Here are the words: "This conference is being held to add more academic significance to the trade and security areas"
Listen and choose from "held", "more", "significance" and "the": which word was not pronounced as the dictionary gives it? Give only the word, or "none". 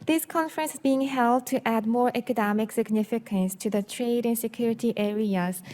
none